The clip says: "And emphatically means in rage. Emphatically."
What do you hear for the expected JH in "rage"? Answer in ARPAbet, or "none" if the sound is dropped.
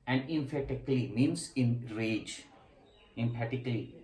JH